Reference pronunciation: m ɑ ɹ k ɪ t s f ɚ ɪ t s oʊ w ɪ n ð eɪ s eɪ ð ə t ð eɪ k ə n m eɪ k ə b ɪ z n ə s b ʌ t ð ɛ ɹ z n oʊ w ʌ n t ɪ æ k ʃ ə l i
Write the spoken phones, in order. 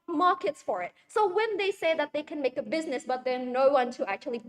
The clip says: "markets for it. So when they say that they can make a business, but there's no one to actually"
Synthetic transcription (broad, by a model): m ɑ ɹ k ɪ t s f ɚ ɪ t s oʊ w ɪ n ð eɪ s eɪ ð ə t ð eɪ k ə n m eɪ k ə b ɪ z n ə s b ʌ t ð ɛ ɹ n oʊ w ʌ n t ɪ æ k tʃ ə l i